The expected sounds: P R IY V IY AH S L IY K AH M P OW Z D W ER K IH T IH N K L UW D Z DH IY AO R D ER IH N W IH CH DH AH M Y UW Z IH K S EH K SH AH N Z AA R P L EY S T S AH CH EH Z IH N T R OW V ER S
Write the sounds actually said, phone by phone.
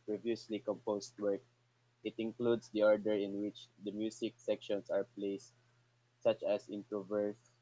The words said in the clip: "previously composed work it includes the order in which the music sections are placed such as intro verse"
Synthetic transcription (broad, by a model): P R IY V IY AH S L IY K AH M P OW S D W ER K IH T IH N K L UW D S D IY AO R D ER IH N W IH CH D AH M Y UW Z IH K S EH K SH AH N S AA R P L EY S T S AH CH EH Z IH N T R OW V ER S